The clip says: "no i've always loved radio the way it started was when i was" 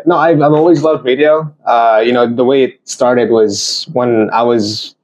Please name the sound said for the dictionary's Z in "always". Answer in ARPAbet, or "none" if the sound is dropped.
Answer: Z